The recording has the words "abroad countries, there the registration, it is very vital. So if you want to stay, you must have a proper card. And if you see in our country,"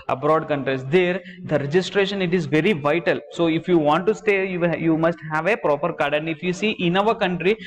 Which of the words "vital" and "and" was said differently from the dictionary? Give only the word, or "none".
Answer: none